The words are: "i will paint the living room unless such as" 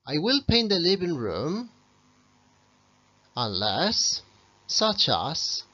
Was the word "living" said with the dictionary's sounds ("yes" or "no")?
no